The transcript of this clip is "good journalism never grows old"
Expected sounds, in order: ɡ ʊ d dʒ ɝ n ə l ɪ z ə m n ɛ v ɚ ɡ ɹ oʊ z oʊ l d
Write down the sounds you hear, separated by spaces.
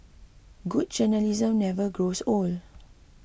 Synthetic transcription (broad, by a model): ɡ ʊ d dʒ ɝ n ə l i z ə m n ɛ v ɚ ɡ ɹ oʊ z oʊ l